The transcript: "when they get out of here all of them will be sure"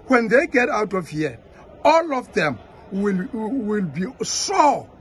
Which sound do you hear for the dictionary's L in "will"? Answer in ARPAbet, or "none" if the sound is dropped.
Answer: L